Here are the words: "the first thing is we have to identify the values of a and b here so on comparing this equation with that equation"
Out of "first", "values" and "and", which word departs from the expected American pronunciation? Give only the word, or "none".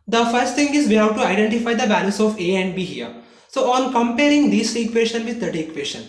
values